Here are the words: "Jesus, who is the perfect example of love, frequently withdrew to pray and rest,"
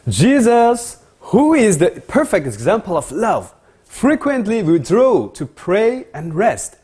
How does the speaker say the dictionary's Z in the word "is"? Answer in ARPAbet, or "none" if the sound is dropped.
Z